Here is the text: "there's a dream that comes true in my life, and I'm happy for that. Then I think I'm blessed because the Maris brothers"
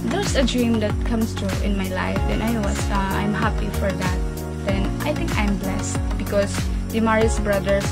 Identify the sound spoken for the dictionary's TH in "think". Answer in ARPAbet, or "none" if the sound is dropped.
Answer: T